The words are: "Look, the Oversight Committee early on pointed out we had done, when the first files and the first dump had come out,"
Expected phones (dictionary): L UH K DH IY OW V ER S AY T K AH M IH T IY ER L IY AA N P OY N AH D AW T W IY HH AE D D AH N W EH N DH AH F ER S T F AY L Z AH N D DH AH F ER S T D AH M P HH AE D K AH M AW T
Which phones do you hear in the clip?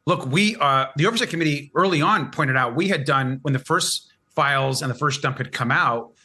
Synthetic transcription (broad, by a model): L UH K DH IY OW V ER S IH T K AH M IH T IY ER L IY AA N P OY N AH D AW T W IY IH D D AH N W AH N DH AH F ER S T F AY L Z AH N DH AH F ER S D AH M P HH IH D K AH M AW T